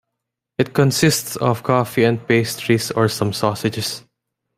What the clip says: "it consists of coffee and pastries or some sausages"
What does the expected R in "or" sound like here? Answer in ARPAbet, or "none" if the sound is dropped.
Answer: R